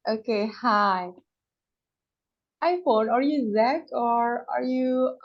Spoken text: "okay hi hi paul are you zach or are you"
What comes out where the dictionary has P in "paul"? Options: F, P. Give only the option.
F